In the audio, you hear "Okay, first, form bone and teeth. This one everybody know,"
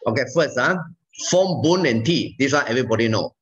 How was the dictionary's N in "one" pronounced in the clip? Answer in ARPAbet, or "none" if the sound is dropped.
none